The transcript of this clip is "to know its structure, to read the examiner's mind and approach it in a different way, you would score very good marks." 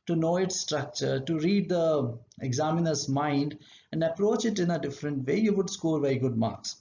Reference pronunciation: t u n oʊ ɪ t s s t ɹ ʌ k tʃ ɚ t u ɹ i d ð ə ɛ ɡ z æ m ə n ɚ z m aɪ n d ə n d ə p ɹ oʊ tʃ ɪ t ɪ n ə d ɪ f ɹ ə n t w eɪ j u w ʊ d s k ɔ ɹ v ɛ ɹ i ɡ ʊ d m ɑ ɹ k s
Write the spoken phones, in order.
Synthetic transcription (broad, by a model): t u n oʊ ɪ t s s t ɹ ʌ k tʃ ɚ t u ɹ i d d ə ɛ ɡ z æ m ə n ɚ s m aɪ n d ə n d ə p ɹ oʊ tʃ ɪ t ɪ n ə d ɪ f ɹ ə n t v eɪ j u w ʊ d s k ɔ ɹ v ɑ i ɡ ʊ d m ɑ ɹ k s